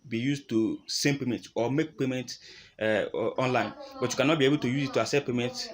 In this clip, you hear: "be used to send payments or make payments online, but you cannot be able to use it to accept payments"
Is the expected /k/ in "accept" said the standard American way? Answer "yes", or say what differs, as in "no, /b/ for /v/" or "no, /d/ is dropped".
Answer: no, /k/ is dropped